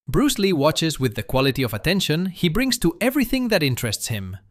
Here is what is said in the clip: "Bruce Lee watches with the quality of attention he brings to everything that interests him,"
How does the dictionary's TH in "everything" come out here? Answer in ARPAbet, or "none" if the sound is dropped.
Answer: TH